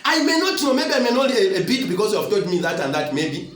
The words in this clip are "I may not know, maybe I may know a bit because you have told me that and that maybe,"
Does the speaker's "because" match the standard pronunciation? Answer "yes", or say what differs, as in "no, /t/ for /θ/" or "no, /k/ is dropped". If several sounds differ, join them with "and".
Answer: no, /s/ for /z/